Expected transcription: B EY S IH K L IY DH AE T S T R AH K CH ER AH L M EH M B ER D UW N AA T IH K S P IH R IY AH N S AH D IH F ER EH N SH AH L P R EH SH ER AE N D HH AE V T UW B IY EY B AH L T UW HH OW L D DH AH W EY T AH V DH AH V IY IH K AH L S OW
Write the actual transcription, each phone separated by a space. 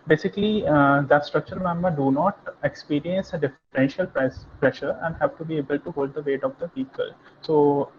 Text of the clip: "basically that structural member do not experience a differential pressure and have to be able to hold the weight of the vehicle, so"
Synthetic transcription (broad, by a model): B EY S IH K L IY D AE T S T R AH K CH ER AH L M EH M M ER D UW N AA T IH K S P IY R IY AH N S AH D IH F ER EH N SH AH L P R EH SH ER AE N D HH AE V T UW B IY EY B AH L T UW HH OW L D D AH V EY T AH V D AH P IY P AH L S OW